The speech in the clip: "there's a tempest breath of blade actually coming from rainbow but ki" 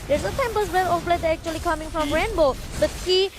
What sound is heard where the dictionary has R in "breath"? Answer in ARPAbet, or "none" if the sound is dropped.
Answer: L